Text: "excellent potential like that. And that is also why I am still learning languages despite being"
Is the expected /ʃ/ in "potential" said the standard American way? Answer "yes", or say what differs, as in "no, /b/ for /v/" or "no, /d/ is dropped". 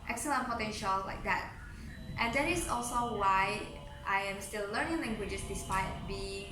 yes